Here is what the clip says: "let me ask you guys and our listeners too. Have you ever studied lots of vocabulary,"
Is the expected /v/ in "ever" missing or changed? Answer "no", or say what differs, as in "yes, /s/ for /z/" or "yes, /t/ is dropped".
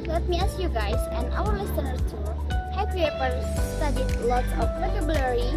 yes, /p/ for /v/